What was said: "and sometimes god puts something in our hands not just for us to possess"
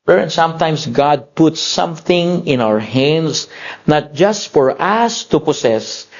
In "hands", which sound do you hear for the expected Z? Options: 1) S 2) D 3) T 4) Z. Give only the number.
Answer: 1